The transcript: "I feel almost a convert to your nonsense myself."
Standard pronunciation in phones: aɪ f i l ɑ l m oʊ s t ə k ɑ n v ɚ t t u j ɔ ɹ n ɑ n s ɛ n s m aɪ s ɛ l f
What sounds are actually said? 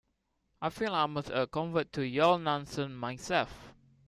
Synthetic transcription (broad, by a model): aɪ f i l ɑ m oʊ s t ə k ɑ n v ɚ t t u j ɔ l n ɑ n s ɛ n m aɪ s ɛ l f